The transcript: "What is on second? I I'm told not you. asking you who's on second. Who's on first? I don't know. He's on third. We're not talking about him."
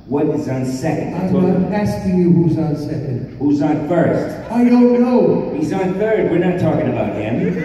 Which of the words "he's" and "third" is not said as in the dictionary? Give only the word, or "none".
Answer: none